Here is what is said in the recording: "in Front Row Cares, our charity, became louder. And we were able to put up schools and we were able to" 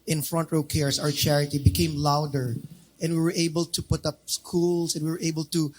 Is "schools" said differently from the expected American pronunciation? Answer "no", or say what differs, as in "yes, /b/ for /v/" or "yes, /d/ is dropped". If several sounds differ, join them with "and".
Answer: yes, /s/ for /z/